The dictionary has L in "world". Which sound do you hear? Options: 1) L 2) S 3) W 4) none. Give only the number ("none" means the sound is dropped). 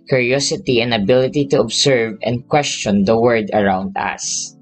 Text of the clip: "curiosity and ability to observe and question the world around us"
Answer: 4